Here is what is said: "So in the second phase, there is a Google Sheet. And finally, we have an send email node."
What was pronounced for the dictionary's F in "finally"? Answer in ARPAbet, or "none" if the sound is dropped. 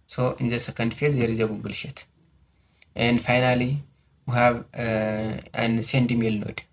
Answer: F